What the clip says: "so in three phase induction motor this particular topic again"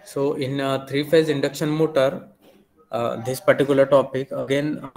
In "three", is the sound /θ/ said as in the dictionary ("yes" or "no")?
no